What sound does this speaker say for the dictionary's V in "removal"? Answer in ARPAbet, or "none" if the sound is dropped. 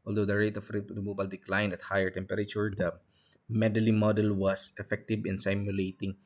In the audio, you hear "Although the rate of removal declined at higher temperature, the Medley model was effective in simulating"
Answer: B